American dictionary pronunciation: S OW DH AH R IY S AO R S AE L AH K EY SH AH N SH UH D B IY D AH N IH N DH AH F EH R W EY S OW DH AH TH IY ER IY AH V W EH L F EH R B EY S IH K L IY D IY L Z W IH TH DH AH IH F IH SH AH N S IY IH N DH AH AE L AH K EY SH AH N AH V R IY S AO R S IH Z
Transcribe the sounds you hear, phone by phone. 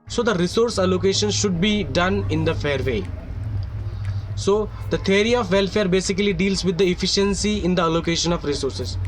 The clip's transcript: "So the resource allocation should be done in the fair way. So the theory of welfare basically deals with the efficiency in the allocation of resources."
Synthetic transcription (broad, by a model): S OW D AH R IY S AO R S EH L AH K EY SH AH N SH UH D B IY D AH N IH N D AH F EH R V EY S OW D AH T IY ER IY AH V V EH L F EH R B EY S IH K L IY D IY L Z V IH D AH IH F IH SH AH N S IY IH N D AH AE L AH K EY SH AH N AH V R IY S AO R S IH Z